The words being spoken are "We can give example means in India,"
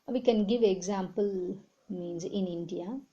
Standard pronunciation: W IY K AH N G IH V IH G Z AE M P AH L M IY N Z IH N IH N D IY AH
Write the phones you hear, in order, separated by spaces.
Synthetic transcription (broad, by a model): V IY K AH N G IH V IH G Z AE M P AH L M IY N Z IH N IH N D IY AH